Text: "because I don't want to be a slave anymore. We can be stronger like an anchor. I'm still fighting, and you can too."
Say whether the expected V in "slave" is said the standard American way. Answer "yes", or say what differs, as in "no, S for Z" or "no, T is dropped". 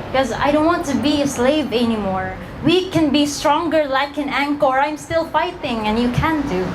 yes